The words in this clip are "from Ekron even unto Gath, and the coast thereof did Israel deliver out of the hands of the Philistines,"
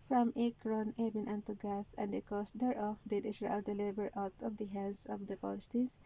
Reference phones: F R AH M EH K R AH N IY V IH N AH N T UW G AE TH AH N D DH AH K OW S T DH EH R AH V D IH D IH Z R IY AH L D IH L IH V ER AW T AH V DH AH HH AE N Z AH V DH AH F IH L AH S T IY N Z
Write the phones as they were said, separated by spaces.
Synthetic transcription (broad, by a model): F R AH M EH K R AH N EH B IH N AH N T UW G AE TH AH N D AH K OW S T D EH R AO F D IH D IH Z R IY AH L D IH L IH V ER AW T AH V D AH HH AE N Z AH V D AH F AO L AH S T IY N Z